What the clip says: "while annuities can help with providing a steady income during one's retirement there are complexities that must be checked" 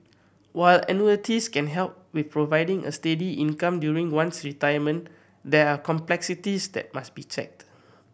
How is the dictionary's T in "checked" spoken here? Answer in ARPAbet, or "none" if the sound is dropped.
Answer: T